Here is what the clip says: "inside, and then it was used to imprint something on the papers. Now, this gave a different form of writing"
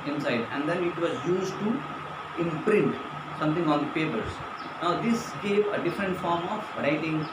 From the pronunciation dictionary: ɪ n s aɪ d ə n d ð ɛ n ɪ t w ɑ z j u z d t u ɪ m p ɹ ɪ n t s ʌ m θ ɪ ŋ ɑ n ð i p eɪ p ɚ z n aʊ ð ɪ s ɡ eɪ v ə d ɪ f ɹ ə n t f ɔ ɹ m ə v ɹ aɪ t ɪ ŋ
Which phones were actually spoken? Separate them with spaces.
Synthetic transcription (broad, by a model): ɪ n s aɪ d ə n d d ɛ n ɪ t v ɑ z j u z d t u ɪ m p ɹ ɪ n t s ʌ m t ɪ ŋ ɑ n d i p eɪ p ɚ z n aʊ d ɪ s ɡ eɪ v ə d ɪ f ɹ ə n t f ɔ ɹ m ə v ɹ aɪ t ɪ ŋ